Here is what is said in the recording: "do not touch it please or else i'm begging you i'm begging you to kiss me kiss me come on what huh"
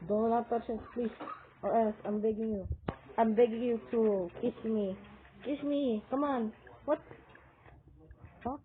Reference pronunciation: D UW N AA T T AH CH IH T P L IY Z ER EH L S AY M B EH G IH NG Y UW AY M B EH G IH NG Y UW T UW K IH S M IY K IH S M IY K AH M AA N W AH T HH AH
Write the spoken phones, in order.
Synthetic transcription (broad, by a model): D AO L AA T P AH S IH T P L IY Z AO EH L S AY M B EH G IH NG Y UW AY M B EH G IH NG Y UW T UW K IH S M IY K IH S M IY K AH M AA N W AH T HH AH